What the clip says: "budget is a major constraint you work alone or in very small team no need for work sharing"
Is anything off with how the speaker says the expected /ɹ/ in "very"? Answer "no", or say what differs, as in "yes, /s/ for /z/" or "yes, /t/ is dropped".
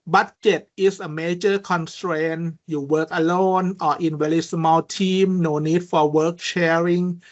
yes, /l/ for /ɹ/